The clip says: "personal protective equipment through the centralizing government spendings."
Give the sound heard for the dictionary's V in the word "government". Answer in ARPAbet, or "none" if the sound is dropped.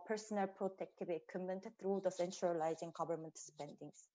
B